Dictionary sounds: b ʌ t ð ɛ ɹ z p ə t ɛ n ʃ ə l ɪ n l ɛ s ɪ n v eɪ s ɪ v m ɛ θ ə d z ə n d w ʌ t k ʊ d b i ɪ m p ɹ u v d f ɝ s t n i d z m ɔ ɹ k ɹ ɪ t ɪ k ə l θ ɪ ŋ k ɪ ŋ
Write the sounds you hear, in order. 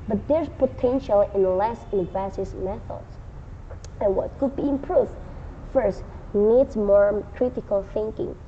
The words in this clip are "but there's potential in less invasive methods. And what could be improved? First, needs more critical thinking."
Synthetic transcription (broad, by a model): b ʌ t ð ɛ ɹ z p ə t ɛ n ʃ ə l ɪ n l ɛ s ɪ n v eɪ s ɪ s m ɛ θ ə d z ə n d w ʌ t k ʊ d b i ɪ m p ɹ u v d f ɝ s t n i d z m ɔ ɹ k ɹ ɪ t ɪ k ə l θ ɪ ŋ k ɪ ŋ